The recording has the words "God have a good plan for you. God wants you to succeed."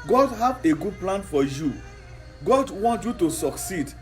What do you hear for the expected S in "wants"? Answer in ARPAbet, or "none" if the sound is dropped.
none